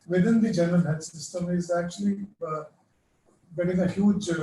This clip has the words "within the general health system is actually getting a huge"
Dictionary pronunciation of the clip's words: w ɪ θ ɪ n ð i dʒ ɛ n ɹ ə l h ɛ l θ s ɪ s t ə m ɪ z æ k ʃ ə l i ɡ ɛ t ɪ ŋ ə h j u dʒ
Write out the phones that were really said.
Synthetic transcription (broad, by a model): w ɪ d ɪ n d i dʒ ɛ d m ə n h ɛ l s ɪ s t ə m ɪ z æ k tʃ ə l i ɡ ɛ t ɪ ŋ ə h j u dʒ